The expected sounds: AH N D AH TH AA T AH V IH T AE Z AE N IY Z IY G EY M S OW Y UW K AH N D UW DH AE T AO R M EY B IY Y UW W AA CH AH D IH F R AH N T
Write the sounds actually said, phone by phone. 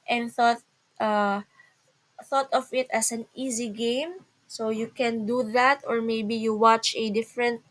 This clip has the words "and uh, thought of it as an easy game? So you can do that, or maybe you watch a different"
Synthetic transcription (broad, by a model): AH N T AH TH AA T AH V IH T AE S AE N IY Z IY G EY M S OW Y UW K AH N D UW DH AE T AO R M EY B IY Y UW W AA CH AH D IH F R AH N T